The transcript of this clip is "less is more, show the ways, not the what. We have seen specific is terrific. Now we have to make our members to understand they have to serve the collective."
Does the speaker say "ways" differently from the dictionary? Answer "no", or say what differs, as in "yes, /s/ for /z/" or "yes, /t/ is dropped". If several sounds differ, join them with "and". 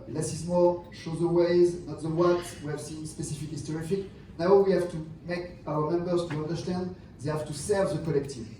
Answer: no